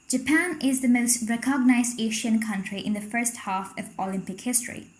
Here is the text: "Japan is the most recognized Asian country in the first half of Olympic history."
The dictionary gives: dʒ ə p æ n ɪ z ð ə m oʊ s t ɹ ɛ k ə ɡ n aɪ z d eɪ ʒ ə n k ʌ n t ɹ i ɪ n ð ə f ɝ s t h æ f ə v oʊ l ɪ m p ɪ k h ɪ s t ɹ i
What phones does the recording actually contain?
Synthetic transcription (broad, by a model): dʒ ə p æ n ɪ z ð ə m oʊ s t ɹ ɛ k ə ɡ n aɪ z d eɪ ʃ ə n k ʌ n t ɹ i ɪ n ð ə f ɝ s t h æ f ə v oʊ l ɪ m p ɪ k h ɪ s t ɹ i